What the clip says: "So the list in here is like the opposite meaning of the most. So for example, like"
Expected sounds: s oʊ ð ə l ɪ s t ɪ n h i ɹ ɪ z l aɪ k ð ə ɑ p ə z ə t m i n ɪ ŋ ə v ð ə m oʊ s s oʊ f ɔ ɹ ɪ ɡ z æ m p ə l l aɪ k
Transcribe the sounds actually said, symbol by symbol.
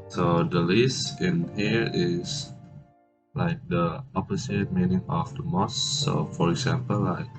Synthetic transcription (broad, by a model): s oʊ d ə l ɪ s ɪ n h i ɹ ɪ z l aɪ k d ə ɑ p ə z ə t m i n ɪ ŋ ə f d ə m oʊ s s oʊ f ɔ ɹ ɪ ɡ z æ m p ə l l aɪ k